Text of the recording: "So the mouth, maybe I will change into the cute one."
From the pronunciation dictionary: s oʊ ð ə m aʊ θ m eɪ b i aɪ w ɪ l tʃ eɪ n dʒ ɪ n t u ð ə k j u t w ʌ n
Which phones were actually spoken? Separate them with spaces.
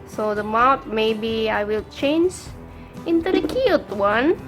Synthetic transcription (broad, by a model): s oʊ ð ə m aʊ t m eɪ b i aɪ w ɪ l tʃ eɪ n dʒ ɪ n t u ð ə k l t w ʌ n